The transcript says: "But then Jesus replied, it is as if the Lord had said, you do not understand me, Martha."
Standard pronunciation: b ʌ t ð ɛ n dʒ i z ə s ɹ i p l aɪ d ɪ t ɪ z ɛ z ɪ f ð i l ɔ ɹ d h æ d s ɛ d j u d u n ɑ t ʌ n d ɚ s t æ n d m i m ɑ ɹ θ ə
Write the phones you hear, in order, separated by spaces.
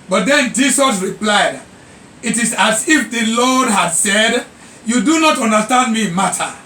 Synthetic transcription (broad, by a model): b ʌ t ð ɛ n dʒ i s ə s ɹ i p l aɪ d ɪ t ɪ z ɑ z ɪ f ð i l ɔ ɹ d h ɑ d s ɛ d j u d u n ɑ t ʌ n d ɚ s t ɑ n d m i m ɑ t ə